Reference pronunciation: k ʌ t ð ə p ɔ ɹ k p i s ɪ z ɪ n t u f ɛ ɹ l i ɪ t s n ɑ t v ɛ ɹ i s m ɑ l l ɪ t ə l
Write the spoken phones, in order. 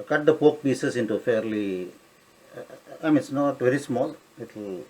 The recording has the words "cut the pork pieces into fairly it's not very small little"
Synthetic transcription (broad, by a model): k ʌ t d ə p ɔ k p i s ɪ s ɪ n t u f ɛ ɹ l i ɪ t s n ɑ t v ɛ ɹ i s m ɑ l l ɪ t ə l